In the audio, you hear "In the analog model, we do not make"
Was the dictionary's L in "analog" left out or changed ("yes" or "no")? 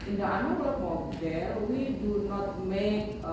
yes